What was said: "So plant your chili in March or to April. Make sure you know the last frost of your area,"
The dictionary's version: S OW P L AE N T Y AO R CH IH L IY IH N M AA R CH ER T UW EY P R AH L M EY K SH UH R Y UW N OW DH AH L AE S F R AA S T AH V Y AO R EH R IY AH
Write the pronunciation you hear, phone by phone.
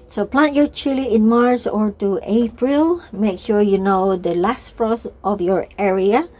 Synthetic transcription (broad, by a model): S OW P L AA N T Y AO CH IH L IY IH N M AA R S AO T UW EY P R AH L M EY K SH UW Y UW N OW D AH L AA S F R AA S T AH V Y AO R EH R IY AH